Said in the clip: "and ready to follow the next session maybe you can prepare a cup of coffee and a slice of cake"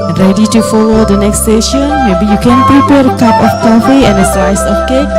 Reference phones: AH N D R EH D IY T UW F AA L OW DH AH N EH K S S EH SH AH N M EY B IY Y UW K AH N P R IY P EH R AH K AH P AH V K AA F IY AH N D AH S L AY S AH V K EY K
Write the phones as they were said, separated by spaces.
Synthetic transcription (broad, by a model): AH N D R EH D IY T UW F AA L OW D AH N EH K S S EH SH AH N M EY B IY Y UW K AH N P R IY P EH R AH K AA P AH F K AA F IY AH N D AH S AY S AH F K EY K